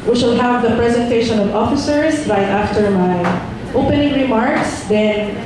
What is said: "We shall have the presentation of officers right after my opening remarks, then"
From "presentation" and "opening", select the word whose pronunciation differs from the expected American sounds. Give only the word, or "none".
none